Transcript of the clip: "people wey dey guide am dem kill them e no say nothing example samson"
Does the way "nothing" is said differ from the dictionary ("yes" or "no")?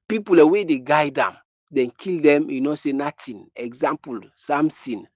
yes